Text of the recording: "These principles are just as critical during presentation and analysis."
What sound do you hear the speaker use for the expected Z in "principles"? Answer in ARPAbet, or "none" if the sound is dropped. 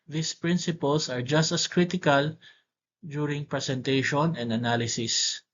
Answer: S